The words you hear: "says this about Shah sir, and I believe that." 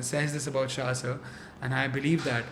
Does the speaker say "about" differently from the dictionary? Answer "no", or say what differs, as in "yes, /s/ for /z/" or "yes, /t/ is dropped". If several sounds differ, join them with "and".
no